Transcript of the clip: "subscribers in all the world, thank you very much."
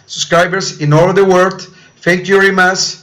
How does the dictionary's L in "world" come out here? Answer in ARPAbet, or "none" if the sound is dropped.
none